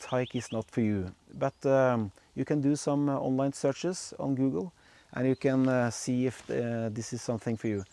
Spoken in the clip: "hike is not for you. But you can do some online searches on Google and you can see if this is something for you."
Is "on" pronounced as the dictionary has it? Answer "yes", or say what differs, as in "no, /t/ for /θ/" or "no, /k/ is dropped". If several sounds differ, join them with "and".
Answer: yes